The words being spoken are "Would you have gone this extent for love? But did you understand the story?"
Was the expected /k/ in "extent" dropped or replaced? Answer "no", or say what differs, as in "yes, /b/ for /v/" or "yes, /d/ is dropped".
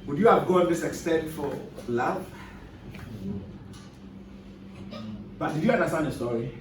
no